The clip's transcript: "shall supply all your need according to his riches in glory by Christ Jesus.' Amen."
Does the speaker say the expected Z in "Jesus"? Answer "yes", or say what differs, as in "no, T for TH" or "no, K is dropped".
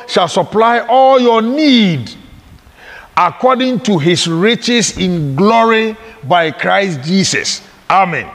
no, S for Z